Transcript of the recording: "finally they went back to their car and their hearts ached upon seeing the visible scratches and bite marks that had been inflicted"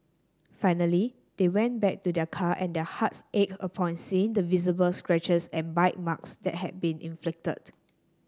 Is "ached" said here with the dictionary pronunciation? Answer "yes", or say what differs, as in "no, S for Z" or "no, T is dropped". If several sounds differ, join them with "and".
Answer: no, T is dropped